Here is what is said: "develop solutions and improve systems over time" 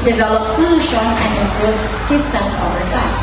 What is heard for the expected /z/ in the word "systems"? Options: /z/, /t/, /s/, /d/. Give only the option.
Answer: /s/